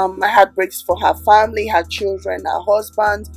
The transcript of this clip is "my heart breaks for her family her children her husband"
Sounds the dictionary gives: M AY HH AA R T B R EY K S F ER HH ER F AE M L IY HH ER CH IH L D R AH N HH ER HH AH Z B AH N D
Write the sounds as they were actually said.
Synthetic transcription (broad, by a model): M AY HH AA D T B R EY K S F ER HH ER F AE M L IY HH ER CH IH L D R AH N HH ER HH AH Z B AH N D